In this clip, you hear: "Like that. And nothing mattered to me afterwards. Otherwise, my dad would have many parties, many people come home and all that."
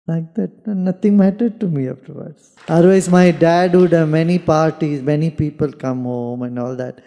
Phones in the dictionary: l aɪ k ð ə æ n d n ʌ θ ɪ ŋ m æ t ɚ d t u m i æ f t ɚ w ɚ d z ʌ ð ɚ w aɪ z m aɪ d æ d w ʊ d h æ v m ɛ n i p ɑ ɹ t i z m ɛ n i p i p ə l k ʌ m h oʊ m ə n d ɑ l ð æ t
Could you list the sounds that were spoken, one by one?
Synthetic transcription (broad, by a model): l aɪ k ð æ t n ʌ t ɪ ŋ m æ t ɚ d t u m i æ f t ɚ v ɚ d s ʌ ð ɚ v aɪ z m aɪ d æ d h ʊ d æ m ɛ n i p ɑ ɹ t i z m ɛ n i p i p ə l k ʌ m h oʊ m ə n d ɑ l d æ t